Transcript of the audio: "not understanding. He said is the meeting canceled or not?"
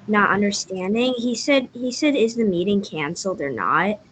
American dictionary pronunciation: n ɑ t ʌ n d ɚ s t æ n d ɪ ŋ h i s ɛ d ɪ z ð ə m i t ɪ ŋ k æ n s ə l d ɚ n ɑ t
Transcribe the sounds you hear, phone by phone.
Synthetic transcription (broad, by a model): n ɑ t ʌ n d ɚ s t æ n d ɪ ŋ h i s ɛ d ɪ z ð ə m i t ɪ ŋ k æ n s l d ɚ n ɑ t